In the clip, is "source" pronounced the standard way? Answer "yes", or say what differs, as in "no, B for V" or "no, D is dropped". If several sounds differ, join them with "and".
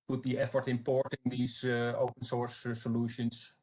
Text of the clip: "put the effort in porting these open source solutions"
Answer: yes